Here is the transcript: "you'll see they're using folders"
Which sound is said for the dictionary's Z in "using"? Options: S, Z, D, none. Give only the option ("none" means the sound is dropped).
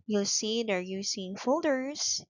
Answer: S